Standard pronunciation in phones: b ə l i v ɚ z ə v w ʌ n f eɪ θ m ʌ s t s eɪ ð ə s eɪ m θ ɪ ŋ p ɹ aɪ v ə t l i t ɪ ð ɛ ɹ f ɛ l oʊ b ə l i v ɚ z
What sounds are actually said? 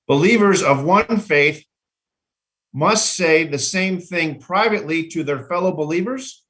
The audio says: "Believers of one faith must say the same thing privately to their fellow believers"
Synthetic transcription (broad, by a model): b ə l i v ɚ z ə v w ʌ n f eɪ θ m ʌ s t s eɪ ð ə s eɪ m θ ɪ ŋ p ɹ aɪ v ə t l i t ɪ ð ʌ ɹ f ɛ l oʊ b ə l i v ɚ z